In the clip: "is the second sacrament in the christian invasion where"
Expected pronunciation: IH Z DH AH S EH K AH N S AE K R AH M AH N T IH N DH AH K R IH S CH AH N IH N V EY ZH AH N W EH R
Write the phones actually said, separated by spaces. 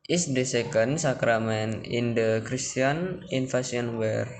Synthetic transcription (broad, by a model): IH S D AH S EH K AH N S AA K R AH M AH N IH N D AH K R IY S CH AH N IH N F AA S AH N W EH R